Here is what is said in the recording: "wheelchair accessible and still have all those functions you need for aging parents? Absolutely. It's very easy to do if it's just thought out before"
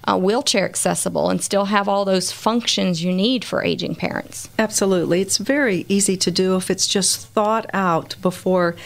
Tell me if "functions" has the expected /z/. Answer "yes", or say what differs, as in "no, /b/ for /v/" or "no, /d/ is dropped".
yes